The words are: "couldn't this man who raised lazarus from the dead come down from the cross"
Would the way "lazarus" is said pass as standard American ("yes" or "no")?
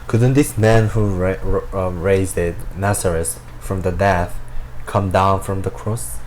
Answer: no